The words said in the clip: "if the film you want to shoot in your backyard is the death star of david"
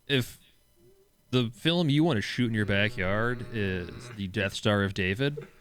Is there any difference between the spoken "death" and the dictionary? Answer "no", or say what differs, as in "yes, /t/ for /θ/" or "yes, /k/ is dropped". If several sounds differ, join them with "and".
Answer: no